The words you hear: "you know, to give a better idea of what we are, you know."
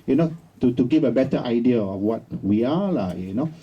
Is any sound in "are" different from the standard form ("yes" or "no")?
yes